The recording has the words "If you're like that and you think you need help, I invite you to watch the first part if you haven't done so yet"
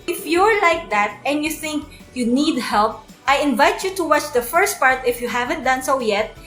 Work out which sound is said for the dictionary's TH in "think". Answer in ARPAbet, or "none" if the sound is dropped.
TH